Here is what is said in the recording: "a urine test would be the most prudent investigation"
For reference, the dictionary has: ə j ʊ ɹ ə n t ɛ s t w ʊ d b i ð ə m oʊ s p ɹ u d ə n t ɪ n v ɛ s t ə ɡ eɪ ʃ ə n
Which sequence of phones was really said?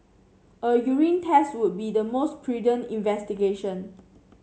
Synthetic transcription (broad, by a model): ə j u ɹ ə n t ɛ s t w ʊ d b i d ə m oʊ s p ɹ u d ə n ɪ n v ɛ s t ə ɡ eɪ ʃ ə n